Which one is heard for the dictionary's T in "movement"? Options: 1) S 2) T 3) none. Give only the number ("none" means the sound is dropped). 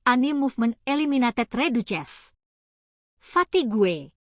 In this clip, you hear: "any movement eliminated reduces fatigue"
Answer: 3